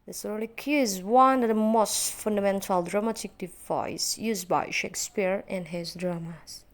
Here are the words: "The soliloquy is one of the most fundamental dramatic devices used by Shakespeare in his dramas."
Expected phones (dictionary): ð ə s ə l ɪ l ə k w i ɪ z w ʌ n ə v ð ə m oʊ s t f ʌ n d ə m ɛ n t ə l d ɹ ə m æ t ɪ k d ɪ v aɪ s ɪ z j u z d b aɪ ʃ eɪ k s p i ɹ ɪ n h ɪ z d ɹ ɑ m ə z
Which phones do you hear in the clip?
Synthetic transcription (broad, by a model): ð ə s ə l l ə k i ɪ z w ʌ n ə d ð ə m oʊ s t f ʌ n d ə m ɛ n t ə l d ɹ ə m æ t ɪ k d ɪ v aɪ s j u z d b aɪ ʃ eɪ k s p i ɹ ɪ n h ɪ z d ɹ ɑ m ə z